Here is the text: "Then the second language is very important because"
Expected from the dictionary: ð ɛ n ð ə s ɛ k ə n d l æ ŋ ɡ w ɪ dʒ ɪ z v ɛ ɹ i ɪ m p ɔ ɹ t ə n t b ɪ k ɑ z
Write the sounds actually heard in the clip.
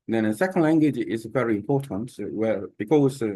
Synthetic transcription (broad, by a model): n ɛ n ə s ɛ k ə n d l æ ŋ ɡ w ɪ dʒ ɪ z v ɛ ɹ i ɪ m p ɔ ɹ t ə n t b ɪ k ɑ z